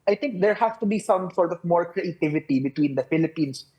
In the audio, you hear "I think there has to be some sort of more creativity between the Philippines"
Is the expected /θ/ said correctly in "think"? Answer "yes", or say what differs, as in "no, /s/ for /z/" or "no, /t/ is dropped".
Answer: no, /t/ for /θ/